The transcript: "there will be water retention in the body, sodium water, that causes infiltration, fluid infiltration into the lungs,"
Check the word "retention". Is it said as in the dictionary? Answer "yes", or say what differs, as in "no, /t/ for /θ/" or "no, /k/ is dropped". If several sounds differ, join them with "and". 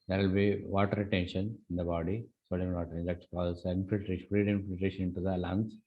yes